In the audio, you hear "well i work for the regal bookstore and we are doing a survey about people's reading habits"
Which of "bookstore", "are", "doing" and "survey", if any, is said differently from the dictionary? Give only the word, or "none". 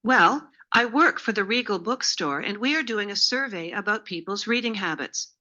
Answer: none